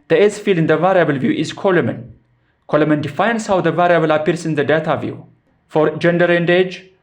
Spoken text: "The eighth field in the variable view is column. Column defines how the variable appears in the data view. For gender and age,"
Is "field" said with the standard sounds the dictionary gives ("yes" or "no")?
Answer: no